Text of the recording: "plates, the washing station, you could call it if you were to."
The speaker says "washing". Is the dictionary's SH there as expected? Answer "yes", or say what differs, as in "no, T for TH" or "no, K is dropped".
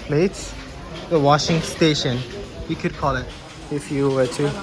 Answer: yes